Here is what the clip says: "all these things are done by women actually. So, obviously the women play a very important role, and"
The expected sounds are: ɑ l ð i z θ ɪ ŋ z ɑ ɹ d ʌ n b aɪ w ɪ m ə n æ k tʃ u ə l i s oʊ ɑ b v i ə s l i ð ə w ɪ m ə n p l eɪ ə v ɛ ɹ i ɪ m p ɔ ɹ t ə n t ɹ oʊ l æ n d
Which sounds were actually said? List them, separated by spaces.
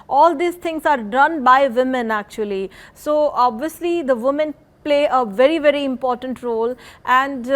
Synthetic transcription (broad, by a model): ɑ l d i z t ɪ ŋ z ɑ ɹ d ʌ n b aɪ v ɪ m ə n æ k tʃ u ə l i s oʊ ɑ b v i ə s l i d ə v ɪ m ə n p l eɪ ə v ɛ ɹ i ɪ m p ɔ ɹ t ə n t ɹ oʊ l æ n d